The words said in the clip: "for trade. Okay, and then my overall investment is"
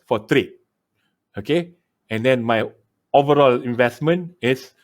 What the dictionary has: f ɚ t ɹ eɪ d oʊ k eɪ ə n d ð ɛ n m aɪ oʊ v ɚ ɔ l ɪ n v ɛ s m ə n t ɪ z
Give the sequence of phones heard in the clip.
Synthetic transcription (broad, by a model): f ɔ t ɹ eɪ oʊ k eɪ ə n d ɛ n m aɪ oʊ v ɚ ɔ l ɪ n v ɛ s m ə n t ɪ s